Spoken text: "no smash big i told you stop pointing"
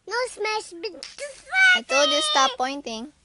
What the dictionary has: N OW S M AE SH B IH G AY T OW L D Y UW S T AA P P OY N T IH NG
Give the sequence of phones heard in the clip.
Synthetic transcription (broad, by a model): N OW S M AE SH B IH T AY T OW D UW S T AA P P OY N T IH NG